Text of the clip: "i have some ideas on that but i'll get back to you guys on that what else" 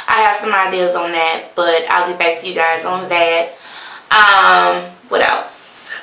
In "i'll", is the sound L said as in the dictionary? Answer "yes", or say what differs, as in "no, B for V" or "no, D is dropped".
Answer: yes